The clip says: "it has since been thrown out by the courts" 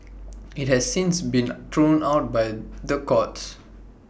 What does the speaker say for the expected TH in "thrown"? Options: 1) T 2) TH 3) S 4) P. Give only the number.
1